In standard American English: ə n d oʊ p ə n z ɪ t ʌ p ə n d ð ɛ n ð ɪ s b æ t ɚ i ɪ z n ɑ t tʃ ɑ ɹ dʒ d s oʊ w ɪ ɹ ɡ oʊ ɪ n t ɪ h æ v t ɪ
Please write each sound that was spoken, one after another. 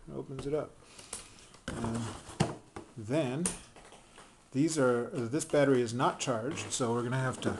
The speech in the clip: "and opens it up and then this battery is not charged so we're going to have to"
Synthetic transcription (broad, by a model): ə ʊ p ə n z ɪ t ʌ p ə n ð ð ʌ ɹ ð ɪ s b æ t ɚ i ɪ z n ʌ t tʃ ɑ ɹ dʒ d s oʊ w ɪ ɹ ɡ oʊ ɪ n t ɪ h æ f t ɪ